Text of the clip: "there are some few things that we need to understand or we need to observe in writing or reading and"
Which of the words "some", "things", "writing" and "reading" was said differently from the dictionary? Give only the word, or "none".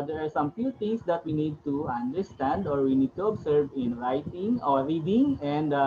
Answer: things